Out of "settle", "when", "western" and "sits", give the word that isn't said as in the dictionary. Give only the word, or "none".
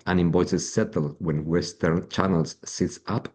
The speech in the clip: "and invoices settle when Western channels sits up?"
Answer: none